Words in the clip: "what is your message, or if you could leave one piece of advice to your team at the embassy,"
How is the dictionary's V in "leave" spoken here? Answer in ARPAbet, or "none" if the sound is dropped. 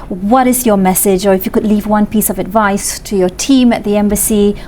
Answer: V